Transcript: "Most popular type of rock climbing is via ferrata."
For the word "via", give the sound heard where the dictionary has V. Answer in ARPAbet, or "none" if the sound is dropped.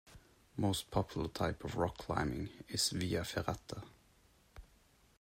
V